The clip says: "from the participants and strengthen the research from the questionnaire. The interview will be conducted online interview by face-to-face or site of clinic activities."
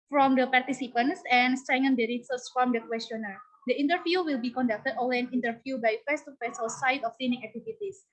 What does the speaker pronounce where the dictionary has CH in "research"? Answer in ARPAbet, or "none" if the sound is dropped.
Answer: S